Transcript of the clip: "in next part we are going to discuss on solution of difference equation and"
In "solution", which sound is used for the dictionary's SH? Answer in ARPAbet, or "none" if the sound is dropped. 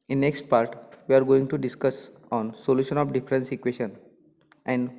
SH